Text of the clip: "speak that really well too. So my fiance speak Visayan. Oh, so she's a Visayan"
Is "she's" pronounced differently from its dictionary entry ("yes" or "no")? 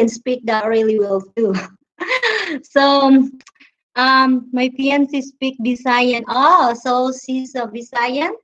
yes